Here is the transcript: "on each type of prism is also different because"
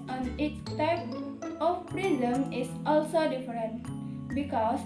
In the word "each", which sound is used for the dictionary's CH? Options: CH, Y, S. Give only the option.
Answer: S